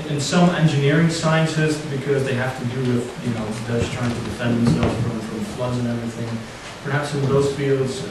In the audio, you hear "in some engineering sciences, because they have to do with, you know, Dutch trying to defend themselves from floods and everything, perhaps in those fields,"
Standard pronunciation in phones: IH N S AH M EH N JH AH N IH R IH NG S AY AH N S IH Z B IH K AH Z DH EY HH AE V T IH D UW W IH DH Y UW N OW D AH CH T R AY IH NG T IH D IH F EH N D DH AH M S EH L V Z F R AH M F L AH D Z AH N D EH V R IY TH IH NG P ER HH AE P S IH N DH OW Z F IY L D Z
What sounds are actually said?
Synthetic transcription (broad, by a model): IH N S AH M EH N JH AH N IH R IH NG S AY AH N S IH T B IH K AH Z DH EY HH AE F T IH D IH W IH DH Y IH N OW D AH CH T R AY IH NG T IH D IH F EH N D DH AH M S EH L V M F R AH M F L AH Z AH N EH V R IY TH IH NG P ER HH AE P S IH N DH OW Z F IY L D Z